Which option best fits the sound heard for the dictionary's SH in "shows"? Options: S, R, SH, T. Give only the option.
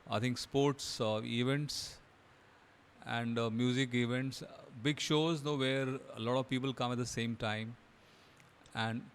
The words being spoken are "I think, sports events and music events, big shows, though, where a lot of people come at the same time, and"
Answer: SH